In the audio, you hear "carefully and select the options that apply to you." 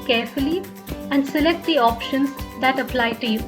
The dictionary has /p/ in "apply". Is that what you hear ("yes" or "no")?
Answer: yes